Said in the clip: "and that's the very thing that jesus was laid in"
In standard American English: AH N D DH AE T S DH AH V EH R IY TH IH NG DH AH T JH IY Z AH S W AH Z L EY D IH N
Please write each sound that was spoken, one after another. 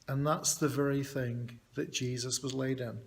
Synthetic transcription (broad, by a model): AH N DH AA T S DH AH V EH R IY TH IH NG DH AH T JH IY Z AH S W AH Z L EY D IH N